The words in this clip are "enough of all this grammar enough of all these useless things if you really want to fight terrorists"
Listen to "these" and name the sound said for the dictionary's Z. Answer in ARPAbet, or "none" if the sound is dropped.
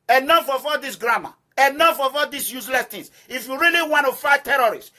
S